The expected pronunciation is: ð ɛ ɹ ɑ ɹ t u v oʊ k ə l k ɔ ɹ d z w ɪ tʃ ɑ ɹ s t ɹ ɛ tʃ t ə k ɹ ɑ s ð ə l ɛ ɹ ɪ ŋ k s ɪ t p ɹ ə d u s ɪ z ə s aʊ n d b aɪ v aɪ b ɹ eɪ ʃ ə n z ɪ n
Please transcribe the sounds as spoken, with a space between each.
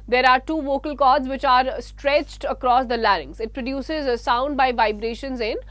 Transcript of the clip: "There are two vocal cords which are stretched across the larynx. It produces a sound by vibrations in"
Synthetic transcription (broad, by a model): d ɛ ɹ ɑ ɹ t u v oʊ k ə l k ɔ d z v ɪ tʃ ɑ ɹ s t ɹ ɛ tʃ t ə k ɹ ɑ s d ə l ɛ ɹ ɪ ŋ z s ɪ t p ɹ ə d u s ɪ z ə s aʊ n d b aɪ v aɪ b ɹ eɪ ʃ ə n z ɪ n